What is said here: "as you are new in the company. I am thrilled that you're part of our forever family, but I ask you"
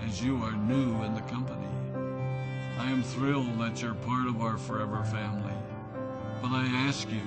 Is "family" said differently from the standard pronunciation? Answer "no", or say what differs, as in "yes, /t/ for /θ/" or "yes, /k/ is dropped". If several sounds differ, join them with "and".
no